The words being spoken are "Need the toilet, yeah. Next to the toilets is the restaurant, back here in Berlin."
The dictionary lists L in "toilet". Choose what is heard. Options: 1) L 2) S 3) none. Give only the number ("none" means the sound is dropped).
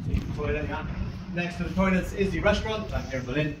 3